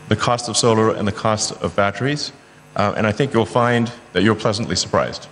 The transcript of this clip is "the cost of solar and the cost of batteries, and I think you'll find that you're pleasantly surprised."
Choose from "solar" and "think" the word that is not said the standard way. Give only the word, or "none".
none